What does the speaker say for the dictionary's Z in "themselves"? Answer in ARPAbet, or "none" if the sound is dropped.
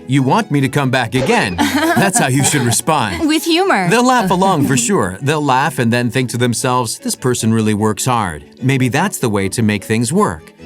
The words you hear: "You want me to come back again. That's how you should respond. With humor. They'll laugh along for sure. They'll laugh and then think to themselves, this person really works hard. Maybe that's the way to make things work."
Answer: Z